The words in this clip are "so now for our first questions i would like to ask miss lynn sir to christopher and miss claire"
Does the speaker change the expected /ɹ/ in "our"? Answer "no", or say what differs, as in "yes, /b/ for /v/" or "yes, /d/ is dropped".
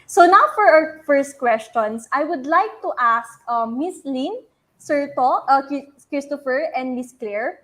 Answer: yes, /w/ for /ɹ/